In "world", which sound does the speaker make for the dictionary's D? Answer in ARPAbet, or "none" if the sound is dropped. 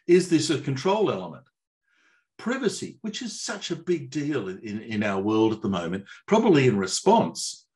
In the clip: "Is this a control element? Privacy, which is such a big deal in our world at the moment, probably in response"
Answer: D